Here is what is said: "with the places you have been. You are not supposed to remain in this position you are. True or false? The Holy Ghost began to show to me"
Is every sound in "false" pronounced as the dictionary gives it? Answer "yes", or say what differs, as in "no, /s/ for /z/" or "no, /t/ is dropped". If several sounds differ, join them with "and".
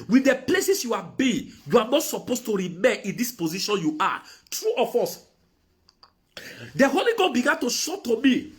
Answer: no, /l/ is dropped